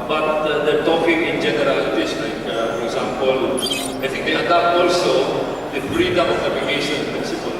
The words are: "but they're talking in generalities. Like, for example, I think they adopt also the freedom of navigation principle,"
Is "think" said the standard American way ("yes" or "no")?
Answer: no